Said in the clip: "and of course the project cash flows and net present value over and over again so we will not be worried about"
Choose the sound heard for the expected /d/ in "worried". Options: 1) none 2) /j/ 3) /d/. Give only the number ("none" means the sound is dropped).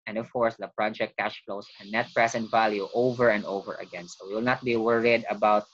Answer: 3